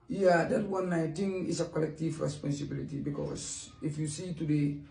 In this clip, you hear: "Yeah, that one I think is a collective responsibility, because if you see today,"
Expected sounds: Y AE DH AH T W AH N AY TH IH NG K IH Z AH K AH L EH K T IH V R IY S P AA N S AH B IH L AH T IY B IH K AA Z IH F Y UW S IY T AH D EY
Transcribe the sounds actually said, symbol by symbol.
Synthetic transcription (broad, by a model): Y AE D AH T W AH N AY T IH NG IH S AH K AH L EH K T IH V R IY S P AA N S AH B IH L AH T IY B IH K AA S IH F Y UW S IY T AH D EY